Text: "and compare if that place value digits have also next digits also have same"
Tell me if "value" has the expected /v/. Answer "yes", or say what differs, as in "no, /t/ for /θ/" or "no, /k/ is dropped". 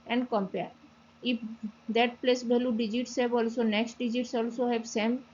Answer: no, /b/ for /v/